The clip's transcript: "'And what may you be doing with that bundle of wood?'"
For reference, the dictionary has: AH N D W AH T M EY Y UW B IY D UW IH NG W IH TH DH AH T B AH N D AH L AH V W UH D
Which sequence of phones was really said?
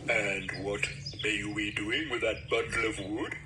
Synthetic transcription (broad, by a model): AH N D W AH T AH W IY D UW IH NG W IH DH AH T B AH D L AH V W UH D